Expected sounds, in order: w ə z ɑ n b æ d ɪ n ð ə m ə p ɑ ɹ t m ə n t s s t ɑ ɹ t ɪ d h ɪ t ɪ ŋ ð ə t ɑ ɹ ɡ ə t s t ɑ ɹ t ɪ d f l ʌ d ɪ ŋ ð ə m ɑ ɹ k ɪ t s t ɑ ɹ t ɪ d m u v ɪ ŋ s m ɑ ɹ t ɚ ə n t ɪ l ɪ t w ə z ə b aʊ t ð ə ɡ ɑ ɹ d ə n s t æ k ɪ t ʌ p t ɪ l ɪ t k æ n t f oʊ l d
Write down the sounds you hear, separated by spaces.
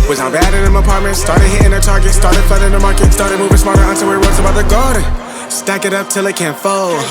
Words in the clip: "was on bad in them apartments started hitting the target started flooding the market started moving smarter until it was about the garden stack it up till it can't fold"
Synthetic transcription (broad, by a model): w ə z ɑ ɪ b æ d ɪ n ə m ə p ɑ ɹ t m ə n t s s t ɑ ɹ t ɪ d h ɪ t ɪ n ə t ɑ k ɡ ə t s t ɑ ɹ t ɪ d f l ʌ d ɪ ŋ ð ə m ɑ ɹ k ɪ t s t ɑ ɹ t ɪ d m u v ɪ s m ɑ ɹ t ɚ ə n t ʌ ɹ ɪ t w ə z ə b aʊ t ð ə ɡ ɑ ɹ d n s t æ k ɪ t ʌ p t ɪ l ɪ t k æ n t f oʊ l